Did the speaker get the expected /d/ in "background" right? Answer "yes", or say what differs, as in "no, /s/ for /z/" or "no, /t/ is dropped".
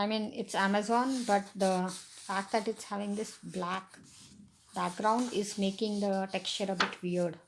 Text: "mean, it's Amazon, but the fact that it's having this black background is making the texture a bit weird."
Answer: yes